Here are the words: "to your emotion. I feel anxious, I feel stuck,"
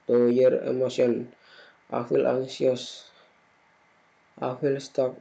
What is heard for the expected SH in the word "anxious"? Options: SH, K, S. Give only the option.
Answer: S